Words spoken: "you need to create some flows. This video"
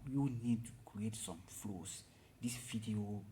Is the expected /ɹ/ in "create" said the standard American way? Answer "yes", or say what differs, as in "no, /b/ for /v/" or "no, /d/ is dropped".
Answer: yes